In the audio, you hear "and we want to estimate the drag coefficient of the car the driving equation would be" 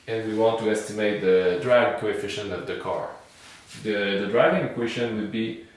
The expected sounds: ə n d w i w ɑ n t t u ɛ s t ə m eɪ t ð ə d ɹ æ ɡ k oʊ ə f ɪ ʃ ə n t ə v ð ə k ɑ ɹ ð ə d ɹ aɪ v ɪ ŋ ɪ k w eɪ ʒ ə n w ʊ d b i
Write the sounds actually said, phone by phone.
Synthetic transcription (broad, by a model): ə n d w i w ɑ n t t u ɛ s t ə m eɪ t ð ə d ɹ æ ɡ k oʊ ə f ɪ ʃ ə n t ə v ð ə k ɑ ɹ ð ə d ɹ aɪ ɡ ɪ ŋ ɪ k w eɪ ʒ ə n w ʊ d b i